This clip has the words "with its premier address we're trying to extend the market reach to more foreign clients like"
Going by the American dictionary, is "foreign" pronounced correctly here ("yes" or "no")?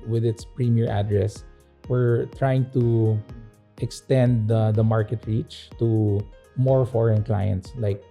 yes